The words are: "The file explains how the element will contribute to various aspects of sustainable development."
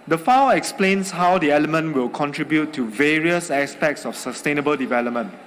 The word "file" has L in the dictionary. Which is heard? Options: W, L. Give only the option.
W